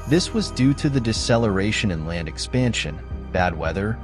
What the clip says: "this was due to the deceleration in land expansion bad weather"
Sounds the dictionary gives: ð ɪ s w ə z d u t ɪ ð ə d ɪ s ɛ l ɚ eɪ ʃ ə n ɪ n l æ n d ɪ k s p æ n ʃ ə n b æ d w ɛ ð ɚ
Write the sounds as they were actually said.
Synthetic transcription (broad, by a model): ð ɪ s w ə z d u t ɪ ð ə d ɪ s ɛ l ɚ eɪ ʃ ə n ɪ n l æ n d ɪ k s p æ n ʃ ə n b æ d w ɛ ð ɚ